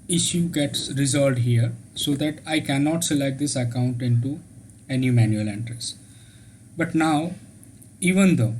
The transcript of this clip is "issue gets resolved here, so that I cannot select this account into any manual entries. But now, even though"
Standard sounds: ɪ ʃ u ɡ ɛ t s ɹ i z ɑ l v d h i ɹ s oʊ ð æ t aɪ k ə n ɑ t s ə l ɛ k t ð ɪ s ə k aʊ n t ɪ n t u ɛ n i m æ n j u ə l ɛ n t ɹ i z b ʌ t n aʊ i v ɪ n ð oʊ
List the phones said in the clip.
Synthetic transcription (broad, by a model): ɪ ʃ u ɡ ɛ t s ɹ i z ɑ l d h i ɹ s oʊ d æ t aɪ k ə n ɑ t s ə l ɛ t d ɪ s ə k aʊ n t ɪ n t u ɛ n i m æ n j u ə l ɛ n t ɹ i s b ʌ t n aʊ i v ɪ n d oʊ